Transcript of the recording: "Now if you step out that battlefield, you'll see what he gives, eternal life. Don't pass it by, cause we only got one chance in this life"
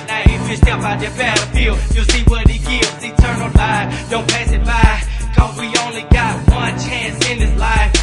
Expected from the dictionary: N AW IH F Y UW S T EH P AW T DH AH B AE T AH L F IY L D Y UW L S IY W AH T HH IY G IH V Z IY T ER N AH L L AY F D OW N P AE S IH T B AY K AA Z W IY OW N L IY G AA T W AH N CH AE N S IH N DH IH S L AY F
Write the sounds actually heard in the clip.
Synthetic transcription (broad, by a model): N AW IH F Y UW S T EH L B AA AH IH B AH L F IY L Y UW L S IY W AH T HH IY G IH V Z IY T ER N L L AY D OW N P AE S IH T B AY K AA Z W IY OW N L IY G AA T W AH N CH AE N S IH N DH IH S L AY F